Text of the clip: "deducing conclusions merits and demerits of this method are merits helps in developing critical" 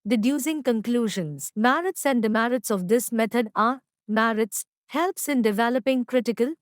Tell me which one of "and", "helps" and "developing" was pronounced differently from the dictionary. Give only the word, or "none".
none